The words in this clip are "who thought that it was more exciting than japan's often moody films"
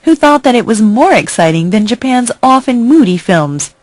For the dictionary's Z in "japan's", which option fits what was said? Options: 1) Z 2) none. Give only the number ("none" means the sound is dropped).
1